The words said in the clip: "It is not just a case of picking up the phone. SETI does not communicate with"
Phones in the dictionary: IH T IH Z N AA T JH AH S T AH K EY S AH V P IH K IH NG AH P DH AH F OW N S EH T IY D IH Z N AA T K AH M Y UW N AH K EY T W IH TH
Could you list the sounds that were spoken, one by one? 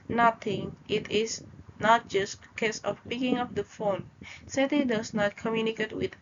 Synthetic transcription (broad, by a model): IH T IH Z N AA T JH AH S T AH K EY S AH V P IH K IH NG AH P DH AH F OW N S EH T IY D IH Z N AA T K AH M Y UW N AH K EY T W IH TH